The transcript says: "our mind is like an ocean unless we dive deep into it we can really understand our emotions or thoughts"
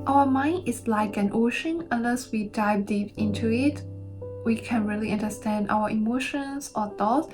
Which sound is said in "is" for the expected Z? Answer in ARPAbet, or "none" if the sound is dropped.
S